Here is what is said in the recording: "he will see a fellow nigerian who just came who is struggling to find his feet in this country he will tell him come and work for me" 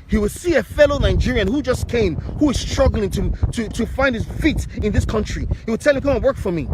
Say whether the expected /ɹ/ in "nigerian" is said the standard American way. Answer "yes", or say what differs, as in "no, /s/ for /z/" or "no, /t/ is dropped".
yes